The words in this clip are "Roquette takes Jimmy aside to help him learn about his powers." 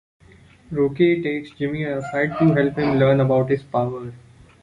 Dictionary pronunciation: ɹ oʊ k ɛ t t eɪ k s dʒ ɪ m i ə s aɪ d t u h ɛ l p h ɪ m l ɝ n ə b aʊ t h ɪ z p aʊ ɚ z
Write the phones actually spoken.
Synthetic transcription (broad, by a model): ɹ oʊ k ɛ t t eɪ k s dʒ ɪ m i ə s aɪ d t u h ɛ l p h ɪ m l ɝ n ə b aʊ t h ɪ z p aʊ ɚ